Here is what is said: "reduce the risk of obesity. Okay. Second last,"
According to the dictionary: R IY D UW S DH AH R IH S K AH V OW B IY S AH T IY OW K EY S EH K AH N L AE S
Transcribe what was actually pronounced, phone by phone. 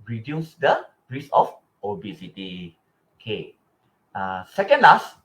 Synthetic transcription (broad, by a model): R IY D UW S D AH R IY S AH F OW B IY S AH T IY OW K EY S EH K AH N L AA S